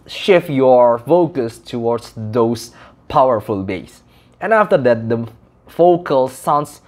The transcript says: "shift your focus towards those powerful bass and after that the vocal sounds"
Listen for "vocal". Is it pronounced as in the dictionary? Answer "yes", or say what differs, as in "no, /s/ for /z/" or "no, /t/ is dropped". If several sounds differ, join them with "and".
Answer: no, /f/ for /v/